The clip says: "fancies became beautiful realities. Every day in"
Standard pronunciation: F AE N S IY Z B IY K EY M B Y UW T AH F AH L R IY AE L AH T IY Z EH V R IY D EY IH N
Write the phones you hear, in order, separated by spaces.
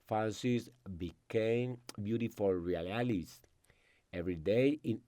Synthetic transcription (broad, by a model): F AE N S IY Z B IY K EY M B Y UW T AH F AH L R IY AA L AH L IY S EH V R IY D EY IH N